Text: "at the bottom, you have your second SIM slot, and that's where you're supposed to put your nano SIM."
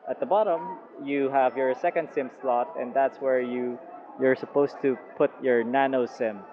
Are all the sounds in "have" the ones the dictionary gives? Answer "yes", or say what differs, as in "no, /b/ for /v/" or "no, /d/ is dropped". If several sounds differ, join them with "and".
yes